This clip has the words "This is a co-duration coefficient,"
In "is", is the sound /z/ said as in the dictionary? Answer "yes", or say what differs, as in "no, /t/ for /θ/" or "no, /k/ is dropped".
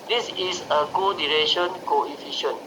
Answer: no, /s/ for /z/